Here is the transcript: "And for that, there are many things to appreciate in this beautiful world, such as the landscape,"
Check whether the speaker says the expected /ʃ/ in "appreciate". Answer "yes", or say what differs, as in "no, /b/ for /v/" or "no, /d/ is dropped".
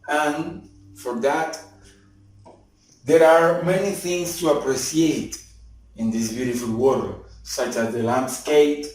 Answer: no, /s/ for /ʃ/